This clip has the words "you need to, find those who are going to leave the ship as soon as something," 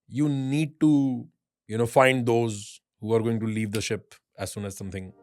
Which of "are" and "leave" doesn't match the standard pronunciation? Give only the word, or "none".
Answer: none